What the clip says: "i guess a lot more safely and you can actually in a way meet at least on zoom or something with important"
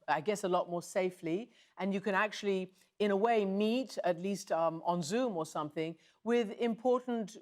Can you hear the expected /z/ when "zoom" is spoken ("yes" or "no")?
yes